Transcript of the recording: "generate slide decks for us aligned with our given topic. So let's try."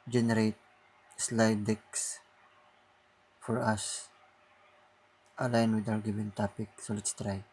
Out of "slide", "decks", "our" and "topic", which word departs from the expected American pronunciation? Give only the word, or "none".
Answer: our